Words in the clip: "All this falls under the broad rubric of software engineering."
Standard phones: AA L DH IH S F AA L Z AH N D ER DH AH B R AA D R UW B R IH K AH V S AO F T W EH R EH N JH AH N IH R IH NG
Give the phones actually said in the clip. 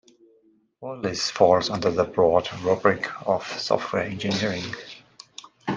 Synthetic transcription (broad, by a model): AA L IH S F AA L Z AH N D ER DH AH B R AA D R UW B R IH K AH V S AO F T W EH R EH N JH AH N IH R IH NG